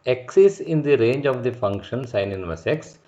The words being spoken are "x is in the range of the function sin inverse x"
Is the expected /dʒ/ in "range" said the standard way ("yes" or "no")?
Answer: yes